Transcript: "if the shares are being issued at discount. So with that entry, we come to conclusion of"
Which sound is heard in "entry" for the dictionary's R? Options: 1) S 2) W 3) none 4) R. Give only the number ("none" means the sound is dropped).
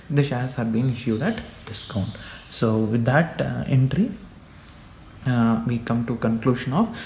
4